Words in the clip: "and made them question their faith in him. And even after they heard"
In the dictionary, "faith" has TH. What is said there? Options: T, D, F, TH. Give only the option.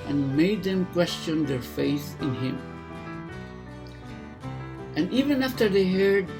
TH